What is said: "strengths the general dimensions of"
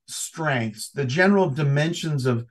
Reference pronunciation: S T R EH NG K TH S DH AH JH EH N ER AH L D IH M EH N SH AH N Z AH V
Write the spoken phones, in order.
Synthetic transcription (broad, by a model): S T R EH NG K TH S DH AH JH EH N ER L D IH M EH N SH AH N Z AH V